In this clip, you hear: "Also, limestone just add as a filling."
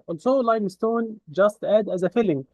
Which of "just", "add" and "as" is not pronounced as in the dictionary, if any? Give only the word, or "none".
none